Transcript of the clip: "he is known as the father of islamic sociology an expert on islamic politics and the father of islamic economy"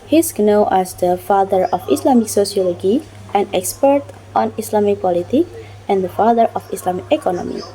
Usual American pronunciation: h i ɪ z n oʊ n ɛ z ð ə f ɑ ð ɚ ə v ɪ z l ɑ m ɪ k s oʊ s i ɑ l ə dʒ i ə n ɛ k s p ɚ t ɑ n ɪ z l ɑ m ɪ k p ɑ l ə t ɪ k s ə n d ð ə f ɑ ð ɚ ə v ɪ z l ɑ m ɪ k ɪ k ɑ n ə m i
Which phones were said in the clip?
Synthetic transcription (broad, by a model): h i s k n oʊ ɛ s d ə f ɑ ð ɚ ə f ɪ s l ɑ m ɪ k s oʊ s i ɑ l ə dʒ i ə n ɛ k s p ɚ t ɑ n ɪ s l ɑ m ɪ k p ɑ l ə t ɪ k ə n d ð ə f ɑ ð ɚ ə f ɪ s l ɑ m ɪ k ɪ k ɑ n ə m i